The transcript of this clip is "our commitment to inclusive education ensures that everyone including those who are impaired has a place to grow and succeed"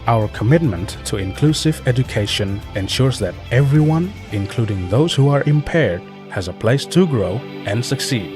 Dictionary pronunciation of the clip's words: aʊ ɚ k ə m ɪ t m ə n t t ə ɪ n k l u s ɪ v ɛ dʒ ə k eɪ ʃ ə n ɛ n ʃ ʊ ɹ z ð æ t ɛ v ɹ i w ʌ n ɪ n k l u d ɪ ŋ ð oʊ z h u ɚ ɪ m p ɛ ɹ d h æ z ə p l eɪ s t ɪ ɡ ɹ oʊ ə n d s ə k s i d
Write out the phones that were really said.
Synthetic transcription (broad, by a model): aʊ ɚ k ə m ɪ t m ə n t t ə ɪ n k l u s ɪ v ɛ dʒ ə k eɪ ʃ ə n ɛ n ʃ ʊ ɹ z ð æ t ɛ v ɹ i w ʌ n ɪ n k l u d ɪ ŋ ð oʊ z h u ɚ ɪ m p ɛ ɹ d h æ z ə p l eɪ s t ɪ ɡ ɹ oʊ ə n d s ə k s i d